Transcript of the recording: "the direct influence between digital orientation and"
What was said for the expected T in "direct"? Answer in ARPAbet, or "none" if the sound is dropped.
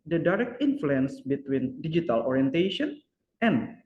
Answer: T